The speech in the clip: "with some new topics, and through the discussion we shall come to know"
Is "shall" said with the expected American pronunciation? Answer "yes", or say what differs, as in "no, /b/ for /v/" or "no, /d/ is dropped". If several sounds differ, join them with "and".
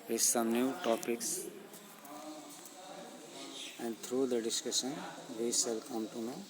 no, /s/ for /ʃ/